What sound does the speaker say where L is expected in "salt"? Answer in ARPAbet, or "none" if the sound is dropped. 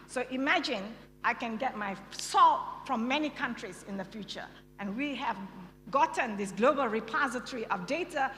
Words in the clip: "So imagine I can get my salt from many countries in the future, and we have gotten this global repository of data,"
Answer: L